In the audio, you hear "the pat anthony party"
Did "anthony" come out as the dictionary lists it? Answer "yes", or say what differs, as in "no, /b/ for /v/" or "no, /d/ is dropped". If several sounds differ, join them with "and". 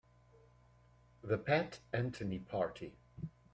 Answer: no, /t/ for /θ/